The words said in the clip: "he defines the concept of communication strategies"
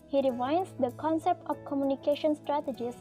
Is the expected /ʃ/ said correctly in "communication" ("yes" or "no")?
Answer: yes